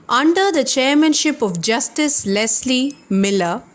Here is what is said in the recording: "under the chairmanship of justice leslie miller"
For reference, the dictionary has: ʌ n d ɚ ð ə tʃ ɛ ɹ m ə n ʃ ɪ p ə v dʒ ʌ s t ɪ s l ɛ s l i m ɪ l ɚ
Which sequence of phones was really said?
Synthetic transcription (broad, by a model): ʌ n d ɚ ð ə tʃ ɛ ɹ m ə n ʃ ɪ p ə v dʒ ʌ s t ɪ s l ɛ s l i m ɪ l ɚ